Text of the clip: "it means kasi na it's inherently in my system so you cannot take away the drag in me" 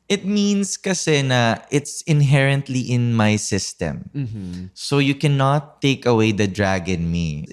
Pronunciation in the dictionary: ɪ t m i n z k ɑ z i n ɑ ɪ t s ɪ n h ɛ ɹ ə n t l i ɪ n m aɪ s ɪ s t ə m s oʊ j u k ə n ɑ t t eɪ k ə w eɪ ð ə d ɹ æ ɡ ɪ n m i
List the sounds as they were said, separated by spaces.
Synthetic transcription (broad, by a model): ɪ t m i n s k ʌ s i n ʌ ɪ t s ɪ n h ɛ ɹ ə n t l i ɪ n m aɪ s ɪ s t ə m s oʊ j u k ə n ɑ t t eɪ k ə w eɪ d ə d ɹ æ ɡ ɪ n m i